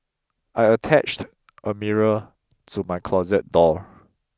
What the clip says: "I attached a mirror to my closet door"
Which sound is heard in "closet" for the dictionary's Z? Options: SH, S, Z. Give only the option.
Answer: Z